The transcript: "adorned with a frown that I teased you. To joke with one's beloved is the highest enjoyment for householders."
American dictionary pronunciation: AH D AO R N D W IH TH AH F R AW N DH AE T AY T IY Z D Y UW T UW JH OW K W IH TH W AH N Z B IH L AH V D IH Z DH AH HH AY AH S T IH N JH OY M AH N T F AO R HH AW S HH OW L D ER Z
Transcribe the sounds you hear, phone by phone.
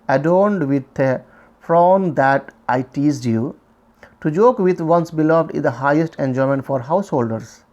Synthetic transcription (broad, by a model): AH D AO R N D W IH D AH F R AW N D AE T AY T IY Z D Y UW T UW JH OW K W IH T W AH N S B IH L AH V D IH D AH HH AY AH S T IH N JH OY M AH N T F AO R HH AW S HH OW L D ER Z